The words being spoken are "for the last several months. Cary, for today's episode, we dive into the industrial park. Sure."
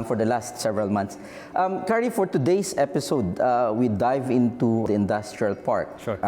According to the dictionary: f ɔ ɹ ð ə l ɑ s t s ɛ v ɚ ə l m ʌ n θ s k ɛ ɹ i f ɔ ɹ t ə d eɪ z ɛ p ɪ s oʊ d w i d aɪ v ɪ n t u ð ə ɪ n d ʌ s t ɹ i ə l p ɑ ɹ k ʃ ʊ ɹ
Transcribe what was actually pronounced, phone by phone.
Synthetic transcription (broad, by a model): f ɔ ɹ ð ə l ɑ s t s ɛ v ɚ ə l m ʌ n t s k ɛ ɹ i f ɔ ɹ t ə d eɪ s ɛ p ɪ s oʊ d w i d aɪ v ɪ n t u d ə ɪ n d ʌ s t ɹ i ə l p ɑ ɹ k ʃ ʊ